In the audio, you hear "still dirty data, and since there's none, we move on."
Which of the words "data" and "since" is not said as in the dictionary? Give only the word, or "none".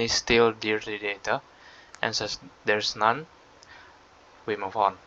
since